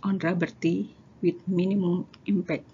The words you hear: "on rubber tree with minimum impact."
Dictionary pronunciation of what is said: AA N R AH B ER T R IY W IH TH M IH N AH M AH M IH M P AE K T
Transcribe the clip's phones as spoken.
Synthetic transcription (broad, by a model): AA N R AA B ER T IY W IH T M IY N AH M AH M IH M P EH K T